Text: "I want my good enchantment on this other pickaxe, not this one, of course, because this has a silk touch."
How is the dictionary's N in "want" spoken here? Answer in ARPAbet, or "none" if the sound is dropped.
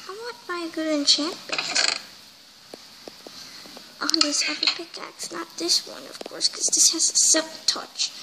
none